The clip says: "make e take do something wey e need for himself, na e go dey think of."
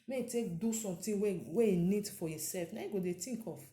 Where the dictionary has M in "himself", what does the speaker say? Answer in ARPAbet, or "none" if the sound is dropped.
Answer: none